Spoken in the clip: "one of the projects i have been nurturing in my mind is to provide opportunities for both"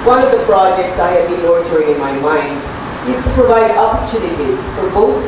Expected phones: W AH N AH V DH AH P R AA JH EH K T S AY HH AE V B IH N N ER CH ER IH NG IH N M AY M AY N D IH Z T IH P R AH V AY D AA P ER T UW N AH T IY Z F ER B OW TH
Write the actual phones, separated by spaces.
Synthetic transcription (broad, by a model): W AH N AH V DH AH P R AA JH EH K T S AY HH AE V B IH N L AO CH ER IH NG IH N M AY M AY N D IH Z T IH P R AH V AY D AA P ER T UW N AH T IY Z F ER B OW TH